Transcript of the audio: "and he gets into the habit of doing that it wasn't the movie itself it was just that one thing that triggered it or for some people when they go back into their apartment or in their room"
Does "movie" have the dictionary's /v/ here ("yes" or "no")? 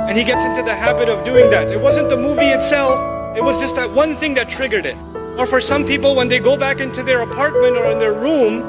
yes